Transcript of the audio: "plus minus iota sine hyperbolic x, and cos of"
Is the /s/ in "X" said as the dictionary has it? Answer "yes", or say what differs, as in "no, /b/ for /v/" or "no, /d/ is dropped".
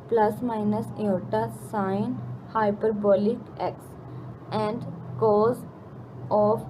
yes